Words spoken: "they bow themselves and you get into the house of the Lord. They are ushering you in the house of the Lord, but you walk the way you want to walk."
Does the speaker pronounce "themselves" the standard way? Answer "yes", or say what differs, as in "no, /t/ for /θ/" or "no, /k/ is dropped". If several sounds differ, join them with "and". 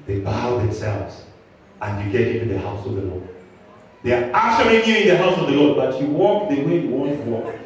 yes